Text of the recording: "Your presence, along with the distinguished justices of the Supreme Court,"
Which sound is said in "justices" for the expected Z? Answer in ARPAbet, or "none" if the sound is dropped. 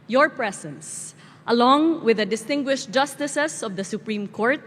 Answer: S